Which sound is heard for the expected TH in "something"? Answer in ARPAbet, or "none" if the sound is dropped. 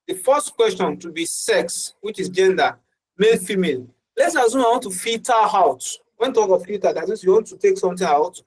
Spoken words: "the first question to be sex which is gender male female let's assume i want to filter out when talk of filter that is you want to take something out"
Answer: T